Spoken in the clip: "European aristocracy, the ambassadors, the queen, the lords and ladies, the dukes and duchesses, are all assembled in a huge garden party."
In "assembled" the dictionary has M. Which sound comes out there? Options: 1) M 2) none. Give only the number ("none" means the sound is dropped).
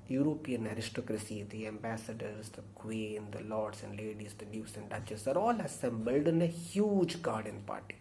1